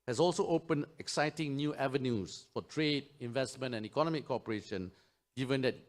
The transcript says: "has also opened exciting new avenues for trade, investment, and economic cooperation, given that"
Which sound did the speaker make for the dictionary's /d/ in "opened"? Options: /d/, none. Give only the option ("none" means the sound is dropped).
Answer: none